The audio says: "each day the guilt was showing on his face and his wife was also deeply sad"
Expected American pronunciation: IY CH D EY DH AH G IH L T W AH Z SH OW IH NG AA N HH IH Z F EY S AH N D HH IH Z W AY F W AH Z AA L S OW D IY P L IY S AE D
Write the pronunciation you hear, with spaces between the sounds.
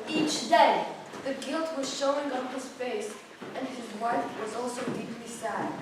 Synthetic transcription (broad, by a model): IY CH D EY DH AH G IH L T W AH Z SH OW IH NG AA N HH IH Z F EY S AH N D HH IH Z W AY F W AH Z AA L S OW D IY P L IY S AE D